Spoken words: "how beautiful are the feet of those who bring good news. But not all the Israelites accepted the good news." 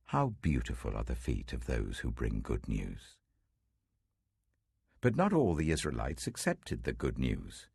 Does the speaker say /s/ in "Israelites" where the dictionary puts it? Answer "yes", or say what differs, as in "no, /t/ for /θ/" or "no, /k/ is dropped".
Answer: yes